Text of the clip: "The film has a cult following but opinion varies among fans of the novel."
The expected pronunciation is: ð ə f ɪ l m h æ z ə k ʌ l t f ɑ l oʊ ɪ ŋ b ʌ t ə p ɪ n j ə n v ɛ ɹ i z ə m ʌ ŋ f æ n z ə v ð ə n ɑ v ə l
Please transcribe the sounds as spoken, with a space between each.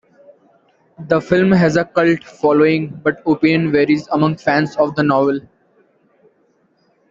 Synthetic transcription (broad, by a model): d ə f ɪ l m h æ z ə k ʌ l t f ɑ l oʊ ɪ ŋ b ʌ t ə p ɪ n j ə n v ɛ ɹ i z ə m ʌ ŋ f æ n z ə v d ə n ɑ v ə l